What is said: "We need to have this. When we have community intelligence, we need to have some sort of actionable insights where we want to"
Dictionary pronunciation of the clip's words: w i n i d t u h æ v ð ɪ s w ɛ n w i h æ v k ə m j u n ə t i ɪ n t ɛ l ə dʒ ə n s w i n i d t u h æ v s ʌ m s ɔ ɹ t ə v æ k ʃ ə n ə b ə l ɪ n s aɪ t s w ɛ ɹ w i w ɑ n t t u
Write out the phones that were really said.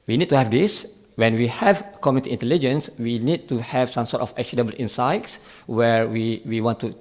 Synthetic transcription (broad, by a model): w i n i d t u h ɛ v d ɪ s w ɛ n w i h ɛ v k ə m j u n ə t i ɪ n t ɛ l ə dʒ ə n s w i n i d t u h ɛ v s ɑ m s ɔ t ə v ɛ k s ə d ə b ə l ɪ n s aɪ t s w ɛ ɹ w i w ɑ n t t u